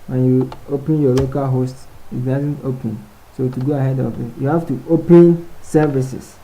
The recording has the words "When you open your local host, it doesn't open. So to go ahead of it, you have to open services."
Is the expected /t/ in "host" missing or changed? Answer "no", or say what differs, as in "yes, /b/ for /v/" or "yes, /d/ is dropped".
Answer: no